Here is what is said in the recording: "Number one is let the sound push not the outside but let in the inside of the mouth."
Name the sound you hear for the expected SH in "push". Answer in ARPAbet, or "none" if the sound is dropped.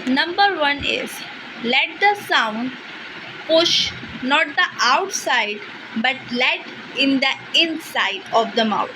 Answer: SH